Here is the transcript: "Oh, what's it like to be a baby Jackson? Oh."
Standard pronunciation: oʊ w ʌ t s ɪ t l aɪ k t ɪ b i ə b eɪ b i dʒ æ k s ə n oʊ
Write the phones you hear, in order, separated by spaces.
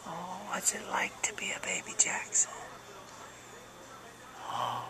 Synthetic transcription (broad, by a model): oʊ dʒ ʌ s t l aɪ k t ɪ b i ə b eɪ b i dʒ æ k s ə oʊ